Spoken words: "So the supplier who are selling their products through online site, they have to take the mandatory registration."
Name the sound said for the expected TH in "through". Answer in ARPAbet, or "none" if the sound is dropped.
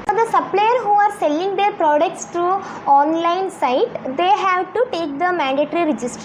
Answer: T